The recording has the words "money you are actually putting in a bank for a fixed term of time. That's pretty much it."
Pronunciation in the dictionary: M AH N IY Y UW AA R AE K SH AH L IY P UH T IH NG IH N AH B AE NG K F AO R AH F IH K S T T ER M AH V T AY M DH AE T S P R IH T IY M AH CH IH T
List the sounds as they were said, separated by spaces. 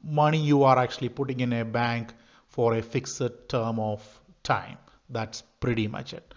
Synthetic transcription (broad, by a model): M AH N IY Y UW AA R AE K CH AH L IY P UH T IH NG IH N AH B AE NG K F AO R AH F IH K S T T ER M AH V T AY M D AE T S P R IH T IY M AH CH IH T